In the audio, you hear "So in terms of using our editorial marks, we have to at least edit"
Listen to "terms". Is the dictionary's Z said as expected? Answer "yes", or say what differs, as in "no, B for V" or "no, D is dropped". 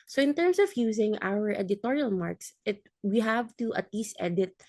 no, S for Z